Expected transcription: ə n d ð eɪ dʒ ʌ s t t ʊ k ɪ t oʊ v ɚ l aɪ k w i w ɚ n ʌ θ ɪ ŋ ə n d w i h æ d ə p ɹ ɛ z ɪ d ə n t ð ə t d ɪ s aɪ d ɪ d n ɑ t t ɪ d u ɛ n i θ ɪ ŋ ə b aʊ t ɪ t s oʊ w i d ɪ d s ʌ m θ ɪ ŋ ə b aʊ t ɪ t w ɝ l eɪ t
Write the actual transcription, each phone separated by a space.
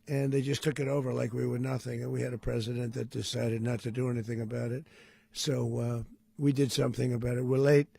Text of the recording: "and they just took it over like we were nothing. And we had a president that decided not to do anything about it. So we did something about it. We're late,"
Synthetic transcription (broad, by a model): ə n ð eɪ dʒ ʌ s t t ʊ k ɪ t oʊ v ɚ l aɪ k w i w ɚ n ʌ θ ɪ ŋ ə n w i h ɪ d ə p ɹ ɛ z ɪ d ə n ð ə t d ɪ s aɪ d ɪ d n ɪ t t ɪ d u ɛ n i θ ɪ ŋ ə b aʊ t ɪ t s oʊ w i d ɪ d s ʌ m θ ɪ ŋ ə b aʊ t ɪ t w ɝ l eɪ t